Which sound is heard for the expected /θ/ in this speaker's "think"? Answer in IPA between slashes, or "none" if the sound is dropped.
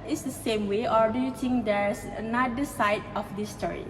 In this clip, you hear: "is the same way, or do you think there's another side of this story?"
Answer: /t/